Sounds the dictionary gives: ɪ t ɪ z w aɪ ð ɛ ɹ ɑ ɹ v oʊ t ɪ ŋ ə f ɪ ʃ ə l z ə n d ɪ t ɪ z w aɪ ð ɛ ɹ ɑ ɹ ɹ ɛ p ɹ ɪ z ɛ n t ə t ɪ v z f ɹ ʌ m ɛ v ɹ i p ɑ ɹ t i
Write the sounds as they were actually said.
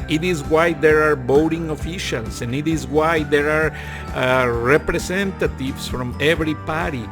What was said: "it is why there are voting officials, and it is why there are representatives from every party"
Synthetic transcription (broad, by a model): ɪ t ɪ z w aɪ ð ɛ ɹ ɑ ɹ b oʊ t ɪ ŋ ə f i ʃ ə l s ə n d ɪ t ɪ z w aɪ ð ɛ ɹ ɑ ɹ ɹ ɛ p ɹ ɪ s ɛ n t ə t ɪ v s f ɹ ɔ m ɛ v ɹ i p ɑ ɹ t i